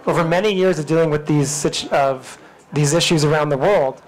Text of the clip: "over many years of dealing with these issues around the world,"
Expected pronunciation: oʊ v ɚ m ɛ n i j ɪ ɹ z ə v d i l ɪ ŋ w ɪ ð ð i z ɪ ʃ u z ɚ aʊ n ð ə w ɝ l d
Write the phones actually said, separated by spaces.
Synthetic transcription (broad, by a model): oʊ v ɚ m ɛ n i j ɪ ɹ z ə v d i l ɪ ŋ w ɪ ð ð i z ɪ ʃ u z ɚ aʊ n ð ə w ɝ l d